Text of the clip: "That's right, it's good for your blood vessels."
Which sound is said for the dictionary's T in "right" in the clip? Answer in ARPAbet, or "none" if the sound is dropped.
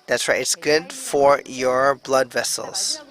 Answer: none